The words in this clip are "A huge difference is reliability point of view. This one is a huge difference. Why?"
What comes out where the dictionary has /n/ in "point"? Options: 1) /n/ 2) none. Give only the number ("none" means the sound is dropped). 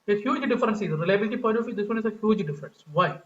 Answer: 2